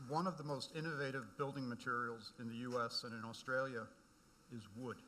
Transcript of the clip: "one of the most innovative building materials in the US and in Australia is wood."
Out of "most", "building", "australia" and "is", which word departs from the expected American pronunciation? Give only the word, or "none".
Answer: none